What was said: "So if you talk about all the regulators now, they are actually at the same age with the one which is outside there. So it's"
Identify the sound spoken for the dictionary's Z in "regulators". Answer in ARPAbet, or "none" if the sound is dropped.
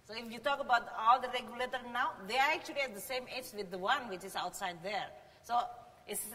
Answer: none